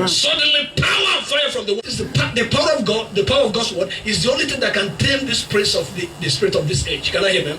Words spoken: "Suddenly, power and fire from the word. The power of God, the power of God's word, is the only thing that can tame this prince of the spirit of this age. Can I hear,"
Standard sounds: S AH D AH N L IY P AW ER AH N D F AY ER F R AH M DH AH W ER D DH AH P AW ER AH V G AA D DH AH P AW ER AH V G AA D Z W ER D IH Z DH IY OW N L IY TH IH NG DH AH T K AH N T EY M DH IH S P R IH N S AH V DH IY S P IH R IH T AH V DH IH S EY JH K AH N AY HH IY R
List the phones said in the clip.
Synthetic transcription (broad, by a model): S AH D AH N L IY P AW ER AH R F AY ER F R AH M DH AH W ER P DH AH P AW ER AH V G AA D DH AH P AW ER AH V G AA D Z W ER D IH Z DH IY OW N L IY TH IH NG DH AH T K AH N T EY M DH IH S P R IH S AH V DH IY S P IH R IH T AH V DH IH S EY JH K AH N AY HH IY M